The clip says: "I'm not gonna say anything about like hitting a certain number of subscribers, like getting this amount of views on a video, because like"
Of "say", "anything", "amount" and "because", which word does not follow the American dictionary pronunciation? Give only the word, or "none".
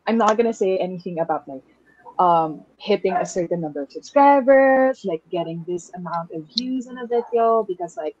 none